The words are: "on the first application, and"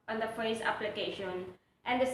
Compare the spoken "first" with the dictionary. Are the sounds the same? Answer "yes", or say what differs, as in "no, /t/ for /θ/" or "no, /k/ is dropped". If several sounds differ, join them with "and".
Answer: no, /t/ is dropped